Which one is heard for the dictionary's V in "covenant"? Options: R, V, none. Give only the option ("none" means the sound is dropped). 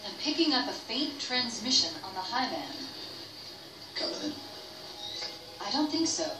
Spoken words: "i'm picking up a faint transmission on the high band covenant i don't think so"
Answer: none